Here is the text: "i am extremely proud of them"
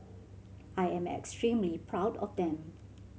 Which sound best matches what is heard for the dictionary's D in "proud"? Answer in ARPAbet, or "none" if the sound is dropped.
D